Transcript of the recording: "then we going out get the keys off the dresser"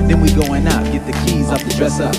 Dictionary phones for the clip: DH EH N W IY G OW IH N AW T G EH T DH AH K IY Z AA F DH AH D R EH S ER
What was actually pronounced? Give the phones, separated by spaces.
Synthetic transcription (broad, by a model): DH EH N W IY G OW IH N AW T G EH T DH AH K IY Z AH P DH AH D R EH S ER